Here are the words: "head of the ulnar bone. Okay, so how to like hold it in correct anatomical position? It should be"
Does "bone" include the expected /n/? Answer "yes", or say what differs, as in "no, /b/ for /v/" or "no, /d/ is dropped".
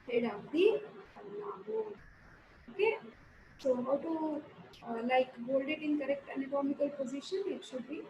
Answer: no, /n/ is dropped